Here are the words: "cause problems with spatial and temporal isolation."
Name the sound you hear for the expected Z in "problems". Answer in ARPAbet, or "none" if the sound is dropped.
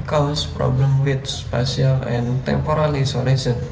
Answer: none